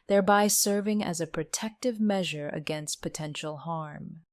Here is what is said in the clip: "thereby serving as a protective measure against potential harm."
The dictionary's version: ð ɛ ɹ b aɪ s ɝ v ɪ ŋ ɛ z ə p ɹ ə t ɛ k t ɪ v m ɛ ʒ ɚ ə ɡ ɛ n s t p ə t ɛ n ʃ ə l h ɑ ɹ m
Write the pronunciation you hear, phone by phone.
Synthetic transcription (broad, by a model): ð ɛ ɹ b aɪ s ɝ v ɪ ŋ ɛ z ə p ɹ ə t ɛ k t ɪ v m ɛ ʒ ɚ ə ɡ ɛ n s t p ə t ɛ n ʃ l h ɑ ɹ m